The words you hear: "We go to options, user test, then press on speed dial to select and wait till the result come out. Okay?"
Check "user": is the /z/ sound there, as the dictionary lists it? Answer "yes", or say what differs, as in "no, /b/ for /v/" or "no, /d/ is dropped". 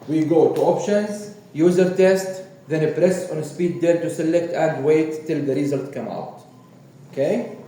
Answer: yes